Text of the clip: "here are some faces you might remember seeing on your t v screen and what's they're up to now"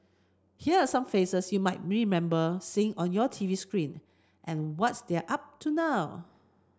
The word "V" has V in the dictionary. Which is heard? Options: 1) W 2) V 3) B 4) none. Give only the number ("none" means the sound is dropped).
2